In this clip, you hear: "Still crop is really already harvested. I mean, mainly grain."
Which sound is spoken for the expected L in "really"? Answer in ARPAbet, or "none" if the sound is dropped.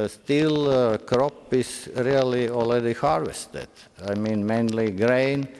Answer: L